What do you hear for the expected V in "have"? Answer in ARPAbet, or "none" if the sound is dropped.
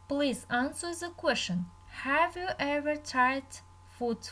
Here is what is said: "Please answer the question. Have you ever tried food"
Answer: V